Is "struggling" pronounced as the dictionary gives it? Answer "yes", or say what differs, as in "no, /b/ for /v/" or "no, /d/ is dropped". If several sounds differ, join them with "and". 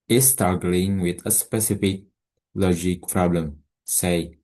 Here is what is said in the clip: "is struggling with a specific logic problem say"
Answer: no, /ɹ/ is dropped